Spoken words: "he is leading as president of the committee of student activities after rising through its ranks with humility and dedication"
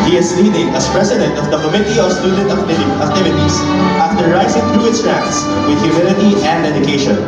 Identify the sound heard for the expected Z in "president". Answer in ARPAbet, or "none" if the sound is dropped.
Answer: S